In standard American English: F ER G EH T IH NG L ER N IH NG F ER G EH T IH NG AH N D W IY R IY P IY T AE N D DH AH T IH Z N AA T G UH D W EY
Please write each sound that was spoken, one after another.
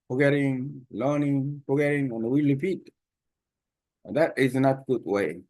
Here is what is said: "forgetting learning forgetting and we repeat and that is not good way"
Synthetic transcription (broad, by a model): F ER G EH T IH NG L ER N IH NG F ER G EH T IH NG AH N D W IY L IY F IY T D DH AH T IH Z N AA T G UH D W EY